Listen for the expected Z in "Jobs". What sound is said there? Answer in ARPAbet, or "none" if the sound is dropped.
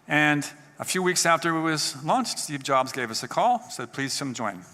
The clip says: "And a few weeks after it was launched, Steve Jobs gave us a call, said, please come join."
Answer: Z